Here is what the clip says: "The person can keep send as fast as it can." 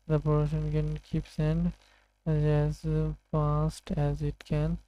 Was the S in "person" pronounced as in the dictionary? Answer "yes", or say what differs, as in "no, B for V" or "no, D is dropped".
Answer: no, SH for S